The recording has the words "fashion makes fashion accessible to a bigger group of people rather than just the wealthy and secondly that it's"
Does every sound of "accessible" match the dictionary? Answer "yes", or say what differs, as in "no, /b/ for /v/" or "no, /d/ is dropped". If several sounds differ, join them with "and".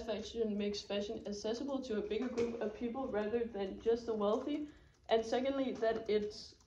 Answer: no, /k/ is dropped